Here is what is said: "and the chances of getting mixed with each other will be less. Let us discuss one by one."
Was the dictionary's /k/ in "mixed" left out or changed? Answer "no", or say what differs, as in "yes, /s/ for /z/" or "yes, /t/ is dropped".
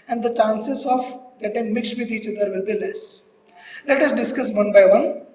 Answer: no